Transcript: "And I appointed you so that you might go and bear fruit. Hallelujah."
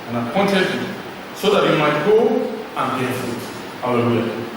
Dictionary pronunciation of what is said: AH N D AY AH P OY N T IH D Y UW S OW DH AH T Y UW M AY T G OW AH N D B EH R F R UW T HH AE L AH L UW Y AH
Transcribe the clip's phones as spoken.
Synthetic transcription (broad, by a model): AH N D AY AH P OY N T IH D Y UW S OW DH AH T Y UW M AY T G OW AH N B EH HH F UW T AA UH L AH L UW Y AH